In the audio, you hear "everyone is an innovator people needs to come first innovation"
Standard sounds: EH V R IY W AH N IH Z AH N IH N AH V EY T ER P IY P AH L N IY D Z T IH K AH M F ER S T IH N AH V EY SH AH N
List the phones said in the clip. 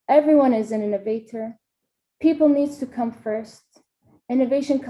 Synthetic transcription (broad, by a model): EH V R IY W AH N IH Z AH N IH N AH V EY T ER P IY P L N IY D Z T IH K AH M F ER S T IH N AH V EY SH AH N